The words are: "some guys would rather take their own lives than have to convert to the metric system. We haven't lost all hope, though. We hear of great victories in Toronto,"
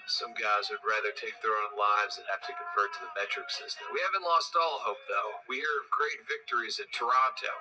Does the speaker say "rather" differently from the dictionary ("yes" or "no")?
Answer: no